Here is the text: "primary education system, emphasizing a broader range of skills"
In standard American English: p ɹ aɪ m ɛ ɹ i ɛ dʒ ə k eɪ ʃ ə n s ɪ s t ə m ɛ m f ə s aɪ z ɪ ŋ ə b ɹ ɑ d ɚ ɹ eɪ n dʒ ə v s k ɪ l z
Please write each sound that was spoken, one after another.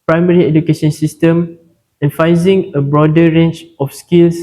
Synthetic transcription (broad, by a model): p ɹ aɪ m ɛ ɹ i ɛ dʒ ə k eɪ ʃ ə n s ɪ s t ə m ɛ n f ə ɪ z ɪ ŋ ə b ɹ ɑ d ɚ ɹ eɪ n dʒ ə f s k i l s